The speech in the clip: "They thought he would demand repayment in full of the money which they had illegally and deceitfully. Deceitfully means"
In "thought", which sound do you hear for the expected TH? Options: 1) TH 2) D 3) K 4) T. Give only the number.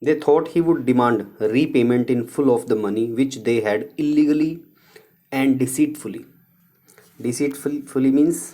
4